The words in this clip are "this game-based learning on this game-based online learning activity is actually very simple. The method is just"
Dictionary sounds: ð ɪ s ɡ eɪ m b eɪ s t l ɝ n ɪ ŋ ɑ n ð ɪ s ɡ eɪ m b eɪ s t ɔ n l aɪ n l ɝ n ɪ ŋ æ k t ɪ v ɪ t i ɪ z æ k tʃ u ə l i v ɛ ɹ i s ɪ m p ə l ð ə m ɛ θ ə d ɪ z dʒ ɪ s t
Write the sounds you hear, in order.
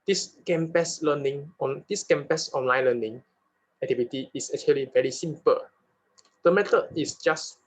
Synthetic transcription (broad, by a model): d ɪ s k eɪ m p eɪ s l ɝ n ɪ ŋ ɑ n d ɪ s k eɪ m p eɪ s ɔ n l aɪ n l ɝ n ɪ ŋ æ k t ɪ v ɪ t i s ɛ k tʃ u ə l i v ɛ ɹ i s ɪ m p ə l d ə m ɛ t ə ɪ s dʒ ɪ s